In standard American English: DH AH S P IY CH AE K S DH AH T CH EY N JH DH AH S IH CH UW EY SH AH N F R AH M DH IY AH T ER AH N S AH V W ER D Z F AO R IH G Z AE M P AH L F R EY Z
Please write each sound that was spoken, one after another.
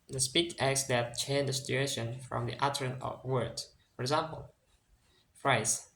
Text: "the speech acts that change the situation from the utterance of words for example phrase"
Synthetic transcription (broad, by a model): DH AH S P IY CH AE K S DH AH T CH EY N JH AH S IH CH UW EY SH AH N F R AH M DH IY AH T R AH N AH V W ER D F AO R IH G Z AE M P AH L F R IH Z